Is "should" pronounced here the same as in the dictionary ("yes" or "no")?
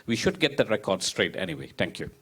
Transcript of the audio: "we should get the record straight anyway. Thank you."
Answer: yes